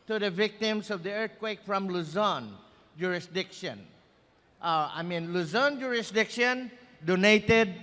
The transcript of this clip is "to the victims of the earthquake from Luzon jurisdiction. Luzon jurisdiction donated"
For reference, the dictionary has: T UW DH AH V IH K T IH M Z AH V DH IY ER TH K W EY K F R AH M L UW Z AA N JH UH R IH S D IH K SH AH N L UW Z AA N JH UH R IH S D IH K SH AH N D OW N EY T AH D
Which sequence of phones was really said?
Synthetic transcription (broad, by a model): T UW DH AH V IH K T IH M S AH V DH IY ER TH K W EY K F R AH M L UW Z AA N JH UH R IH S D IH K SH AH N L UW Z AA N JH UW R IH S D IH K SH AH N D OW N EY T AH D